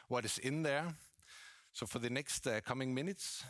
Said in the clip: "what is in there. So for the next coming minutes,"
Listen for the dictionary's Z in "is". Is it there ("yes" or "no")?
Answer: no